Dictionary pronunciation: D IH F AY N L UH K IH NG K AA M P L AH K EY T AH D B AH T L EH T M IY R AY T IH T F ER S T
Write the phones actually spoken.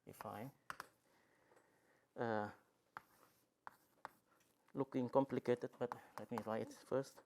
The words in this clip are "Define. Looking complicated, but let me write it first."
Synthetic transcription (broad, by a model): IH F AY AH L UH K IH NG K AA M P L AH K EY T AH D B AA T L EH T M IY L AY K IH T F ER S T